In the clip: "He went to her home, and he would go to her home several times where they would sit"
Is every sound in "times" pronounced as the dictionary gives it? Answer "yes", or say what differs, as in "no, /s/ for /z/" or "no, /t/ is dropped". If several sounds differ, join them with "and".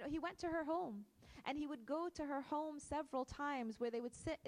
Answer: yes